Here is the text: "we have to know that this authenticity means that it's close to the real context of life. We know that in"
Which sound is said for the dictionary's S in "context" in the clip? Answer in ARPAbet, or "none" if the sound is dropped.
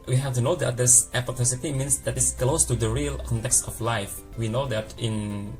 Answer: S